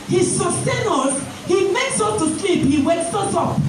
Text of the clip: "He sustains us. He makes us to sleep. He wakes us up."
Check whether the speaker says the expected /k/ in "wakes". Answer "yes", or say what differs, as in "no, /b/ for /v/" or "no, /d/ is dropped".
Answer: no, /k/ is dropped